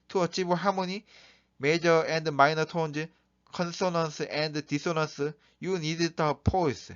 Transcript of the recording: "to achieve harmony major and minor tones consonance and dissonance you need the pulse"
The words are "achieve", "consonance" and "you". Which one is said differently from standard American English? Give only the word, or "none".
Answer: achieve